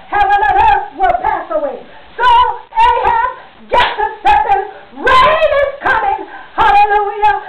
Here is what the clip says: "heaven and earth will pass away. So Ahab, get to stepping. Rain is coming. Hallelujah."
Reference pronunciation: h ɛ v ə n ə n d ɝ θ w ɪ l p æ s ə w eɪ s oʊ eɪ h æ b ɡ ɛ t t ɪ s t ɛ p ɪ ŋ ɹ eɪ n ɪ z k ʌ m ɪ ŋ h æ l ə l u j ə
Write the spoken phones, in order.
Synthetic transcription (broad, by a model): h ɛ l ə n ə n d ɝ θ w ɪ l p æ s ə w eɪ s oʊ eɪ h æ ɡ ɛ t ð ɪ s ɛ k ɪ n ɹ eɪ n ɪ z k ʌ m ɪ ŋ h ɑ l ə l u j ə